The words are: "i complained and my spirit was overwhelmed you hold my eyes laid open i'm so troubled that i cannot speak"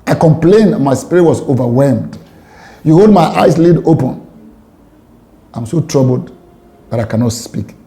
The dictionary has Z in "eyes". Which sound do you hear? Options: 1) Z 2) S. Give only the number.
2